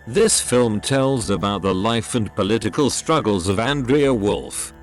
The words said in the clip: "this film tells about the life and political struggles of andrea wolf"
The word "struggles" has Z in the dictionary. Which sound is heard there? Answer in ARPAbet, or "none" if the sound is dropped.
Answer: Z